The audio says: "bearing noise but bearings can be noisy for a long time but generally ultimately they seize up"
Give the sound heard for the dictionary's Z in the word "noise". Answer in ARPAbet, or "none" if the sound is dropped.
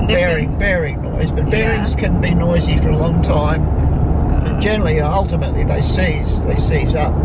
Z